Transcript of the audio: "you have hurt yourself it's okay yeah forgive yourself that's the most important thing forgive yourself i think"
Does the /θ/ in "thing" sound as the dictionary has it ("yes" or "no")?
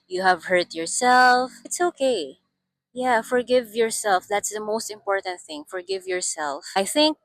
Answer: yes